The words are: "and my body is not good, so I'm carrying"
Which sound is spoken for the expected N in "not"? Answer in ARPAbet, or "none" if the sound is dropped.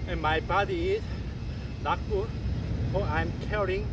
L